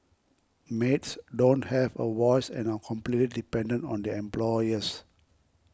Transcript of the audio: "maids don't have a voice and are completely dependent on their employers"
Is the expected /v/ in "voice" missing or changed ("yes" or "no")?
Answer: yes